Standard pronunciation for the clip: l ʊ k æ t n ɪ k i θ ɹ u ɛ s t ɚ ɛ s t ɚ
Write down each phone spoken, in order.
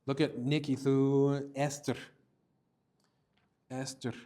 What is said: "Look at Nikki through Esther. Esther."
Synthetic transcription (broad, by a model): l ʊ k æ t n ɪ k i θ u ɛ s t ɚ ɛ s t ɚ